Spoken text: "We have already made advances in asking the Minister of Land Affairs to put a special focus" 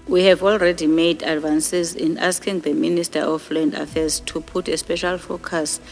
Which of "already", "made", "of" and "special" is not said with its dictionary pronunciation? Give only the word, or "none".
of